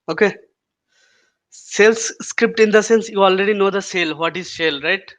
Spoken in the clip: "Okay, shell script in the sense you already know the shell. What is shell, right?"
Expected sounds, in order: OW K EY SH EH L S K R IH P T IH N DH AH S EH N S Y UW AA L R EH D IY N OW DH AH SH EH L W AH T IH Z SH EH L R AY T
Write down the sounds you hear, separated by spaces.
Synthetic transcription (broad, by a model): OW K EY S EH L S K R IH P T IH N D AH S EH N S Y UW AA L R EH D IY N OW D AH S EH L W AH T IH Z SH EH L R AY T